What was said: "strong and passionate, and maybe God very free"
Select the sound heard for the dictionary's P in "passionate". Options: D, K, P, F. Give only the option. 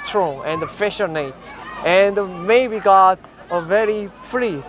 F